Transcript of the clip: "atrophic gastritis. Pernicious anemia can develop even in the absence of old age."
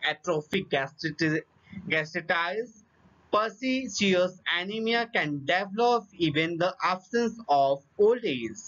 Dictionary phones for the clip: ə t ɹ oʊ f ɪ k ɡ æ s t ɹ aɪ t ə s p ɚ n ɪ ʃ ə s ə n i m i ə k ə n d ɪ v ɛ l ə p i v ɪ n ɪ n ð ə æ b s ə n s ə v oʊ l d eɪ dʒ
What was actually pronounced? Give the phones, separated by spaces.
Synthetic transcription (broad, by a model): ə t ɹ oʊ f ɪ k ɡ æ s t ɪ t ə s p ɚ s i s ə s ə n i m i ə k ə n d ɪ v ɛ l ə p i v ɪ n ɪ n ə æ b s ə n s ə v oʊ l d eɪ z